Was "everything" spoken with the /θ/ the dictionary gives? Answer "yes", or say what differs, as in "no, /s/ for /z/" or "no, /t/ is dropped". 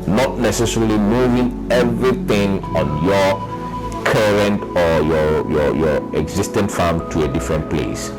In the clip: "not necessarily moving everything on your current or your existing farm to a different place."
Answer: no, /t/ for /θ/